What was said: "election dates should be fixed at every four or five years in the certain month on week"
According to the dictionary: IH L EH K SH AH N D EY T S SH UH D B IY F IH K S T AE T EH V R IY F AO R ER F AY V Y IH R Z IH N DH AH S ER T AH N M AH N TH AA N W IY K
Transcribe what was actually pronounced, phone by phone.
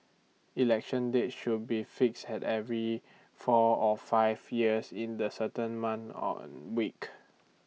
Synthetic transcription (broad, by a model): IH L EH K SH AH N D EY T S SH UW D B IY F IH K S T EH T EH V R IY F AO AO F AY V Y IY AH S IH N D AH S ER T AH N M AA N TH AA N W IY K